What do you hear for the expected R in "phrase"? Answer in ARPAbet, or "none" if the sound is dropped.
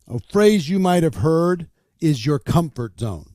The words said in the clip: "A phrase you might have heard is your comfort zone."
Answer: R